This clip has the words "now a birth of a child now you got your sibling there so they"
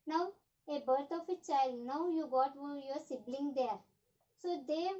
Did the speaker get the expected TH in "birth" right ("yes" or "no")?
no